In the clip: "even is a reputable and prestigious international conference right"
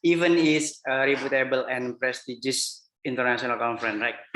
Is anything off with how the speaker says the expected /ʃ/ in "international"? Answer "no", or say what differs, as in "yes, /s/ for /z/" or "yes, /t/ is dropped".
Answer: yes, /s/ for /ʃ/